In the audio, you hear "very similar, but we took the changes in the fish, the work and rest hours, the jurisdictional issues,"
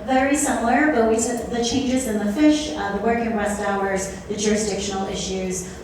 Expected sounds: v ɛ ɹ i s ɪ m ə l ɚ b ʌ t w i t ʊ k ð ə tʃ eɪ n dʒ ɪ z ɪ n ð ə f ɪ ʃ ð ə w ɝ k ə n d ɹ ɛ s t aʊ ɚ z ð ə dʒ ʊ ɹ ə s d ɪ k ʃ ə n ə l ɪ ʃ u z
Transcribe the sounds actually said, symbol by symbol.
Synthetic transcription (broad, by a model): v ɛ ɹ i s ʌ m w ɚ b ʌ t w i s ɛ ð ə tʃ eɪ n dʒ ɪ z ɪ n ð ə f ɪ ʃ ð ə w ɝ k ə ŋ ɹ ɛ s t aʊ ɚ z ð ə dʒ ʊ ɹ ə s d ɪ k ʃ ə n l ɪ ʃ u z